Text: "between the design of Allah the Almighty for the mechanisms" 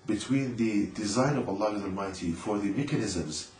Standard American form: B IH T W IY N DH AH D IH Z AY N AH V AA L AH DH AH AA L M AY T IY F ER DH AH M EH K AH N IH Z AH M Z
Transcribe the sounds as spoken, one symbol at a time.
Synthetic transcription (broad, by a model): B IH T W IY N DH AH D IH Z AY N AH V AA L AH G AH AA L M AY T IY F ER DH AH M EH K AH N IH Z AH M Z